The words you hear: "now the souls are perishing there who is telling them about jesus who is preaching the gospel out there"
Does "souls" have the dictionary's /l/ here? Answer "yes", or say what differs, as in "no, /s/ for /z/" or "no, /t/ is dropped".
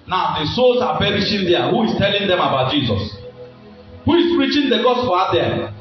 no, /l/ is dropped